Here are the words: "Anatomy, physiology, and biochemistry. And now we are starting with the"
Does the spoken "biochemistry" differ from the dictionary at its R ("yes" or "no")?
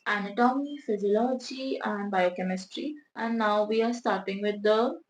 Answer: no